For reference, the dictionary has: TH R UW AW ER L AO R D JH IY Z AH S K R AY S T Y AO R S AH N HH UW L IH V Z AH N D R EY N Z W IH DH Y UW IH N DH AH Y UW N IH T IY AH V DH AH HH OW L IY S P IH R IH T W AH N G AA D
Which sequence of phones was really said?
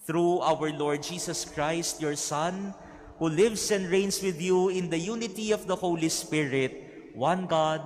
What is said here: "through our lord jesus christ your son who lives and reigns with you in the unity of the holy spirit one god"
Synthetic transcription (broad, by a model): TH R UW AW ER L AO R D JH IY S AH S K R AY S T Y AO R S AH N HH UW L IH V S AH N D R EY N S W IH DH Y UW IH N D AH Y UW N IH T IY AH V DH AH HH OW L IY S P IH R IH T W AH N G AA D